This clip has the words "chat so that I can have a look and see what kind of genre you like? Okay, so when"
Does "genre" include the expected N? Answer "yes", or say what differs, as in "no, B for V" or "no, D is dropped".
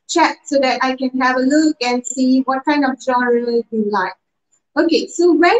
no, N is dropped